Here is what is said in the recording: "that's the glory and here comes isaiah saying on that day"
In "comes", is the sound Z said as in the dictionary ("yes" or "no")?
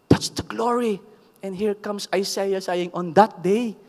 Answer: no